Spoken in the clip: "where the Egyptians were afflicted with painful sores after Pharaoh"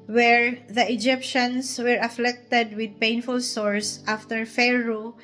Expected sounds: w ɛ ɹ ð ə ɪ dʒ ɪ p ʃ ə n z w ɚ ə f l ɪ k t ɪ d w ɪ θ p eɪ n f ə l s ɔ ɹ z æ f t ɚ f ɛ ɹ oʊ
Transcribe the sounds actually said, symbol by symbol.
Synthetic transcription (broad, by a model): w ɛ ɹ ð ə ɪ dʒ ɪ p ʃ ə n s w ɚ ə f l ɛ k t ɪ d w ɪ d p eɪ n f ə l s ɔ ɹ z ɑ f t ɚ f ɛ ɹ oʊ